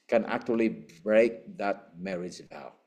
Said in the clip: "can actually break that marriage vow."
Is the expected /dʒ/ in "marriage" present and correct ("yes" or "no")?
no